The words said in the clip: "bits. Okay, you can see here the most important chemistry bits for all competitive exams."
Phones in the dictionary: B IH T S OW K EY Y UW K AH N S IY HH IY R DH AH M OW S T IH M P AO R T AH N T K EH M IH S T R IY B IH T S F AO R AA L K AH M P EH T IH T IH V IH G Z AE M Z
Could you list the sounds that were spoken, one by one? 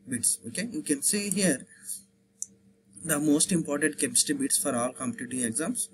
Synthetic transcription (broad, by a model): B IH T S OW K EY Y UW K AH N S IY HH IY R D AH M OW S T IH M P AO R T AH N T K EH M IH S T IY B IH T S F AO R AA L K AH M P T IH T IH IH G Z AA M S